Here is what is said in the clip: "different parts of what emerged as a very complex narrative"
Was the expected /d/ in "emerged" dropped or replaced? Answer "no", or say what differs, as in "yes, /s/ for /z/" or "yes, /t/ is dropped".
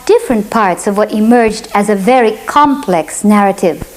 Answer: no